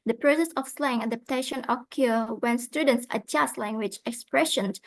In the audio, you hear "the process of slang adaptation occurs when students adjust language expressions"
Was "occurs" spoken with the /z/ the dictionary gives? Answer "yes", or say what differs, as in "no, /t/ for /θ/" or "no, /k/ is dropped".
no, /z/ is dropped